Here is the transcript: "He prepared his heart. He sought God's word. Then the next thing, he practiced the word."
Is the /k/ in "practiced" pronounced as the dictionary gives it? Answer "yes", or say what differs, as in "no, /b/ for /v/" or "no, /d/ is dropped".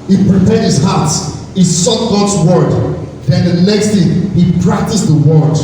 yes